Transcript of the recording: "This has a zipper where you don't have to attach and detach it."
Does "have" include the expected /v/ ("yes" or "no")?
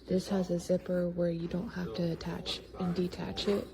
no